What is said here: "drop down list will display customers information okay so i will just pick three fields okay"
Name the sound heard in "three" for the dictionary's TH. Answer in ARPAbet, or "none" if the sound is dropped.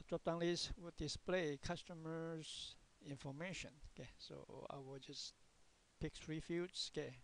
F